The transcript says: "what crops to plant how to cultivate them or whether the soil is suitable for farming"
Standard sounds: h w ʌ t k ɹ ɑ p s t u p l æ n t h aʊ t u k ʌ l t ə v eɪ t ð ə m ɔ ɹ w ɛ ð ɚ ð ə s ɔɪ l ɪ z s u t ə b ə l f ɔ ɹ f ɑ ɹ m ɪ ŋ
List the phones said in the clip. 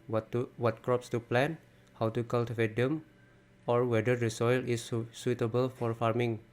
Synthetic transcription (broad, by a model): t w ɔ t k ɹ ɑ p s t u p l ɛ n h aʊ t u k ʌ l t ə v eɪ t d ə m ɔ ɹ w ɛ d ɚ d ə s ɔɪ l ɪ s u t ə b ə l f ɔ ɹ f ɑ ɹ m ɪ ŋ